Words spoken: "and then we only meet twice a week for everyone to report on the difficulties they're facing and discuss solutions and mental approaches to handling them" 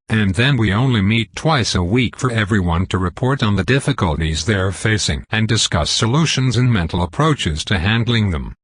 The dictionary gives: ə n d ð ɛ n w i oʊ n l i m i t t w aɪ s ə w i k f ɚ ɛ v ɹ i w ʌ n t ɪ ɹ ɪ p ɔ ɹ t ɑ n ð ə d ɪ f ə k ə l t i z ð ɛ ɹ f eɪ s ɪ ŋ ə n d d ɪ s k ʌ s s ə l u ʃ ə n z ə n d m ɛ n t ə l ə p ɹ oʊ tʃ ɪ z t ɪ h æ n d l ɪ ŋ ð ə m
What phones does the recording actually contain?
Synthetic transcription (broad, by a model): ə n ð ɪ n w i oʊ n l i m i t t w aɪ s ə w i k f ɚ ɛ v ɹ i w ʌ n t ɪ ɹ ɪ p ɔ ɹ t n ð ə d ɪ f ə k ə l t i z ð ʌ ɹ f eɪ s ɪ ŋ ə n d d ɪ s k ʌ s s ə l u ʃ ə n z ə n m ɛ n t l ə p ɹ oʊ tʃ ɪ z t ɪ h æ n d l ɪ ŋ ð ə m